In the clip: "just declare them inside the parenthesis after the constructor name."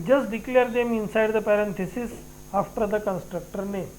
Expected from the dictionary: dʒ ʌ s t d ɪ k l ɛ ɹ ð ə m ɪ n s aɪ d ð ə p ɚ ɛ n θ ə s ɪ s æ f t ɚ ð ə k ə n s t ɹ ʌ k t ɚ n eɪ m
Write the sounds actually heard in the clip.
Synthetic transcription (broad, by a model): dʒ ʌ s t d ɪ k l ɛ ɹ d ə m ɪ n s aɪ d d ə p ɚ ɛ n t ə s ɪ s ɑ f t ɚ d ə k ə n s t ɹ ʌ k t ɚ n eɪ